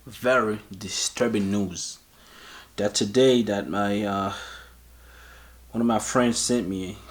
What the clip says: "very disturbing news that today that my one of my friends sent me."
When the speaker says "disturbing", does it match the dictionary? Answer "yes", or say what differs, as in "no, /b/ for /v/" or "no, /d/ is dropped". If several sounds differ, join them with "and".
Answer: yes